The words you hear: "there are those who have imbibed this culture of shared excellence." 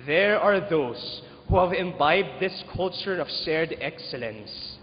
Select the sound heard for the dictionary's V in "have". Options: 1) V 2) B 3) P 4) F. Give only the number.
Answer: 1